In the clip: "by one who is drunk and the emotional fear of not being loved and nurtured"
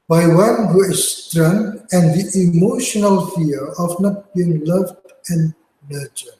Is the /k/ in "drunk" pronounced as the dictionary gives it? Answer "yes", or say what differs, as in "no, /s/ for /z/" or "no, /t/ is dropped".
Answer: no, /k/ is dropped